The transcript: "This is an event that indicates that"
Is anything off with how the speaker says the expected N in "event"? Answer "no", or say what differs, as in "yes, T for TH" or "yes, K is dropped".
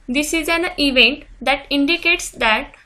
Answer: no